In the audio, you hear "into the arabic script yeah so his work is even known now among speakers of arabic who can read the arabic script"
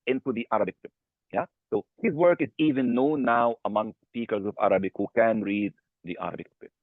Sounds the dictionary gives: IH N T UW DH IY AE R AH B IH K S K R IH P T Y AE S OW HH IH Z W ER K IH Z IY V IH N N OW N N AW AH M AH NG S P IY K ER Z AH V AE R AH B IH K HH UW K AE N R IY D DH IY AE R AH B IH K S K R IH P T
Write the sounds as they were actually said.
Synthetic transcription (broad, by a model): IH N T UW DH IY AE R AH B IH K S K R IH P Y AE S OW HH IH Z W ER K IH Z IY V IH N N OW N N AW AH M AH NG S P IY K ER Z AH V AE R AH B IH K HH UW K AE N R IY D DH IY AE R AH B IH K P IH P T